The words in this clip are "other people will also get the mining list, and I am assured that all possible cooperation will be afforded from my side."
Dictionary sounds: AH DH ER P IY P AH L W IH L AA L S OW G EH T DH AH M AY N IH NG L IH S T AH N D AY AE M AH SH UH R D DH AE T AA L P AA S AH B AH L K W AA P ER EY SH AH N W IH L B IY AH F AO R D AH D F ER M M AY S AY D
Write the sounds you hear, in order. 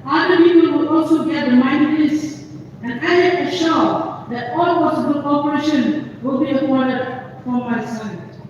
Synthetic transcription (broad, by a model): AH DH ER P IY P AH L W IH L AA L S OW G EH T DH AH M AY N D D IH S AH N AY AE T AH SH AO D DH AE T AA L P AA S AH B AH L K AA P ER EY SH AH N W IH L B IY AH P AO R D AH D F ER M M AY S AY